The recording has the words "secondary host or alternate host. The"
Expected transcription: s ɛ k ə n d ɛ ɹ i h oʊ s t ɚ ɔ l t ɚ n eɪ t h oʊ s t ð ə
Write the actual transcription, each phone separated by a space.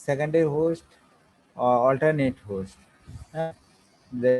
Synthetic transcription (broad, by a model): s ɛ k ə n d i h oʊ s t ɔ l t ɚ n eɪ t h oʊ s t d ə